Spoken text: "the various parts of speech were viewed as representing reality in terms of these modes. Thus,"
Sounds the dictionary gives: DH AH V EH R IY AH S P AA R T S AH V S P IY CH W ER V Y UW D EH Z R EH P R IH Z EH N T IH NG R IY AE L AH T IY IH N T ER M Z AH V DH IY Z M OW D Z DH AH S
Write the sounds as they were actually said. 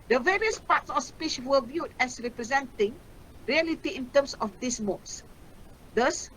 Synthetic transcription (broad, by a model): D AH V EH R IY AH S P AA T S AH F S P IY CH W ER V Y UW D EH S R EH P R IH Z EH N T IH NG R IY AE L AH T IY IH N T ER M S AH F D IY S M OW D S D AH S